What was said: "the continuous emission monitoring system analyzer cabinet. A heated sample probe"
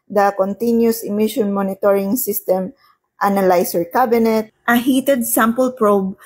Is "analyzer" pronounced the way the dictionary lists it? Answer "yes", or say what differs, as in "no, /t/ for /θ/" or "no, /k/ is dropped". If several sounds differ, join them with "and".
no, /s/ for /z/